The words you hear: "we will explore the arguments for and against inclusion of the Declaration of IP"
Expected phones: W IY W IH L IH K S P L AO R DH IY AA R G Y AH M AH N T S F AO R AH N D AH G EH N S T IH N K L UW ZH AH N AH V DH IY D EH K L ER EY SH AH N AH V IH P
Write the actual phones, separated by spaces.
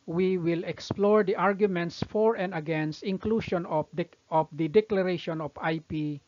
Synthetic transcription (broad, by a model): W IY W IH L IH K S P L AO R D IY AA R G Y AH M AH N T S F AO R AH N D AH G EH N S T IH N K L UW SH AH N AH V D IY D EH K L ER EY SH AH N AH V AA P